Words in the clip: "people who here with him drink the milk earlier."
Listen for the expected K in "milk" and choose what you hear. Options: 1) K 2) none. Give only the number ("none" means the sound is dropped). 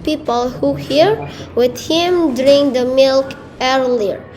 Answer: 1